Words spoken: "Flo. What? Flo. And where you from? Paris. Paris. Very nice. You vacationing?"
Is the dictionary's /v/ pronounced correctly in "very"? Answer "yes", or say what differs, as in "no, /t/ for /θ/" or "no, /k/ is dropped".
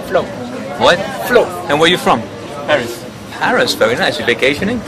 no, /f/ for /v/